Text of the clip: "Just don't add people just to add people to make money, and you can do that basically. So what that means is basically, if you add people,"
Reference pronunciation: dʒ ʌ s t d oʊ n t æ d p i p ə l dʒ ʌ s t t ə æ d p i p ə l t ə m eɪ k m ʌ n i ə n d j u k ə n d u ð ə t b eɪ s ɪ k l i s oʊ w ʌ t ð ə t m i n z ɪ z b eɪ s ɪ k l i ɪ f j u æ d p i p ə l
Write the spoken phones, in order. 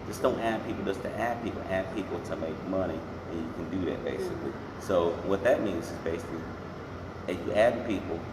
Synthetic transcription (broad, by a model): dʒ ʌ s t d oʊ n t æ d p i p l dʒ ʌ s t t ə æ d p i p l t ə m eɪ k m ʌ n i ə n j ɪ k ə n d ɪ ð ə t b eɪ s ɪ k l i s oʊ w ʌ t ð ə t m i n z ɪ z b eɪ s ɪ k l i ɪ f j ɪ æ d p i p l